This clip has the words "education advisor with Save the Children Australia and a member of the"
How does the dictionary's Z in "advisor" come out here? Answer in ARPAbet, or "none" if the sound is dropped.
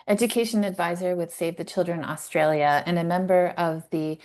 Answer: Z